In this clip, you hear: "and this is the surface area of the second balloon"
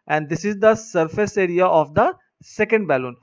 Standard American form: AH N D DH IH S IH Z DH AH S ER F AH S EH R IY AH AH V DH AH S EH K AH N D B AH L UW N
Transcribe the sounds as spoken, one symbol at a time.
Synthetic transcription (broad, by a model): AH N D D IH S IH Z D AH S ER F AH S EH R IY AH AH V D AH S EH K AH N D B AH L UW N